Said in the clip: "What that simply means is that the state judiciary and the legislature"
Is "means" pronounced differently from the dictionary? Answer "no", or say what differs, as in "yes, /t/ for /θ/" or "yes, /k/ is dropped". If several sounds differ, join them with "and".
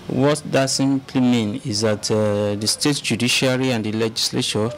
yes, /z/ is dropped